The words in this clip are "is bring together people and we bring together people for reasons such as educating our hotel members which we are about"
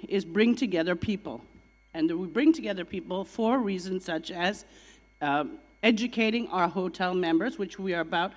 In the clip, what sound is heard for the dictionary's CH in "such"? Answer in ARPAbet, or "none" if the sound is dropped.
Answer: CH